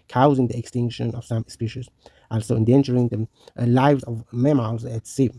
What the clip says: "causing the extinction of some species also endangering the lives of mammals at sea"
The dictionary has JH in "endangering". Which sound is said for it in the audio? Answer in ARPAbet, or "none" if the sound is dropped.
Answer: CH